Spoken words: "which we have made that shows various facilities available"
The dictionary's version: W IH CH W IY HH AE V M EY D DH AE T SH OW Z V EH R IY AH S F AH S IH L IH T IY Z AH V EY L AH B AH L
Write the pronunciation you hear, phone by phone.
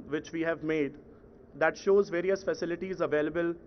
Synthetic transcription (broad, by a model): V IH CH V IY HH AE V M EY D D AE T SH OW Z V EH R IY AH S F AH S IH L IH T IY Z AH V EY L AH B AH L